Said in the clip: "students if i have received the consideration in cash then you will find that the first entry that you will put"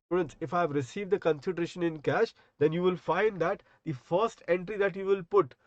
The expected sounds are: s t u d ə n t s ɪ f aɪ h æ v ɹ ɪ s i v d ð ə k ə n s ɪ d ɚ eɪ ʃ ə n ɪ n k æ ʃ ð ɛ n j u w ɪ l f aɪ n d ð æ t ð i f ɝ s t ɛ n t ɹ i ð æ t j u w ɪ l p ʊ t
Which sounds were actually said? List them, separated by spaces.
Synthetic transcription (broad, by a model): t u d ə n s ɪ f aɪ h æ v ɹ ɪ s i v d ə k ə n s ɪ d ɚ eɪ ʃ ə n ɪ n k æ ʃ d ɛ n j u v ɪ l f aɪ n d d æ t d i f ɝ s t ɛ n t ɹ i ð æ t j u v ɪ l p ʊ t